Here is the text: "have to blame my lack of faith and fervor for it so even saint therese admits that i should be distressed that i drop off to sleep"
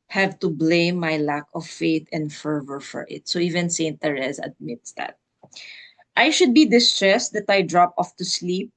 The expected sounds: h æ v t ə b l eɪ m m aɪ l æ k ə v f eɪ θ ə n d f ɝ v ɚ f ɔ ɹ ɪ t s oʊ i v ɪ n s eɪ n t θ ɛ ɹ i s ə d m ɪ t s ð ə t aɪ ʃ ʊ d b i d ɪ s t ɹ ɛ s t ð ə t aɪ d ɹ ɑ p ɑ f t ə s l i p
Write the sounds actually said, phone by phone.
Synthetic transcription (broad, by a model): h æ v t ə b l eɪ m m aɪ l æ k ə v f eɪ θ ə n d f ɝ v ɚ f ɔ ɹ ɪ t s oʊ i v ɪ n s eɪ n t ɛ ɹ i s ə d m ɪ t s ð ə t aɪ ʃ ʊ d b i d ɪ s t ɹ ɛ s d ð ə t aɪ d ɹ ɑ p ɑ f t ə s l i p